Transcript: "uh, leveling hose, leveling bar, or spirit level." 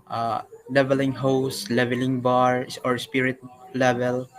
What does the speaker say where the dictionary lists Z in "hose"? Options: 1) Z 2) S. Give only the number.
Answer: 2